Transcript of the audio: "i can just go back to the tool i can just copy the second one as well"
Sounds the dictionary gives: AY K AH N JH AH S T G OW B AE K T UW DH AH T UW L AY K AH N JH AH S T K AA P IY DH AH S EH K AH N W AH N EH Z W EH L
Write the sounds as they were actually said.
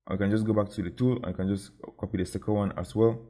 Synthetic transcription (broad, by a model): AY K AH N JH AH S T G OW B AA K T UW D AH T UW L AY K AH N JH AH S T K AA P IY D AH S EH K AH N W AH N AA S W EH L